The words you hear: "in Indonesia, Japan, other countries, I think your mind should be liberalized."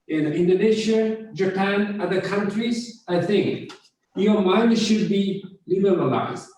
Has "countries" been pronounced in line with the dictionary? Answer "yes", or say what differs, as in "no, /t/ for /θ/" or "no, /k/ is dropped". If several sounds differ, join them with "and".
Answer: yes